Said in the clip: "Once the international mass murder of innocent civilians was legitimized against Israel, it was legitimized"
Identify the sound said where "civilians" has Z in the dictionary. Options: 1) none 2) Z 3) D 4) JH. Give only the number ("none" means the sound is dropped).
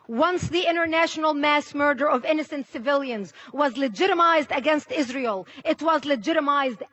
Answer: 2